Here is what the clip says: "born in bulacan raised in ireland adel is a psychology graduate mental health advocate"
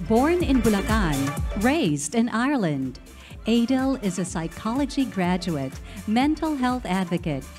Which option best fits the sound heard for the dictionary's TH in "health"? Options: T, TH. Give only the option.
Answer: TH